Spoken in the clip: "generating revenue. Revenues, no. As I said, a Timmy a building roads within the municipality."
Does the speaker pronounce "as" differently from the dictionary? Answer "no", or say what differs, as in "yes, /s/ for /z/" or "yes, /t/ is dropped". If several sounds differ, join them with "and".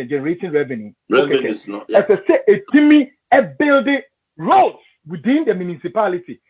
yes, /s/ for /z/